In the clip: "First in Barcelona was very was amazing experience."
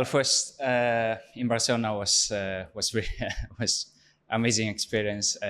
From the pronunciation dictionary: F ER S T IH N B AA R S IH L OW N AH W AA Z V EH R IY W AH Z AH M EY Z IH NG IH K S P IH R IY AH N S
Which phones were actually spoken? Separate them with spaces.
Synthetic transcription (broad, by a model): F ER S T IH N B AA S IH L N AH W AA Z W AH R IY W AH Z AH M EY Z IH NG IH K S P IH R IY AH N S